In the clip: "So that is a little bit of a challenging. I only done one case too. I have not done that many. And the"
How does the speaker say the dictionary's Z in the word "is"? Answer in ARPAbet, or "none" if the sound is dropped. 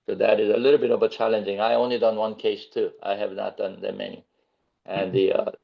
Z